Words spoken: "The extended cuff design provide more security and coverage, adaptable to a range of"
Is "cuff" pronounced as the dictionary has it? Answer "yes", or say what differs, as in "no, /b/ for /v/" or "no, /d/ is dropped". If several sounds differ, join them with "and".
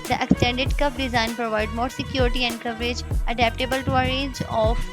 no, /p/ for /f/